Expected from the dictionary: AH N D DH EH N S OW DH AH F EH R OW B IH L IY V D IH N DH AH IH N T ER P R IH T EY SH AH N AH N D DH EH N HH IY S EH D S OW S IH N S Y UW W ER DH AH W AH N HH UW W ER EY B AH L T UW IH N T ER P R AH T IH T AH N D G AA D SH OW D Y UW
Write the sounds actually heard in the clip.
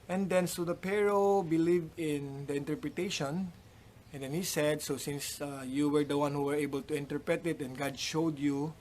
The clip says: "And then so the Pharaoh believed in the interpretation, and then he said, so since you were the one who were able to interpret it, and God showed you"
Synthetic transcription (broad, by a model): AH N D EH N S OW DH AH P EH R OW B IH L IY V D IH N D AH IH N T ER P R IH T EY SH AH N AH N D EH N HH IY S EH D S OW S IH N S Y UW W ER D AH W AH N HH UW W ER EY B AH L T UW IH N T ER P R AH T IH T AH N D G AA D SH OW D Y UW